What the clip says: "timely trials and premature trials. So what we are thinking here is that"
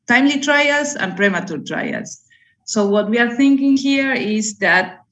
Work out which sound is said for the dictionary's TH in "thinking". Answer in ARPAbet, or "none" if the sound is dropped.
TH